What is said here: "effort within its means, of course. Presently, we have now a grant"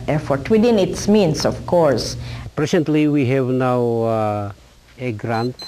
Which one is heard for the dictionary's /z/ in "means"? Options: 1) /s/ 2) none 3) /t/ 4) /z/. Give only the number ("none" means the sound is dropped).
1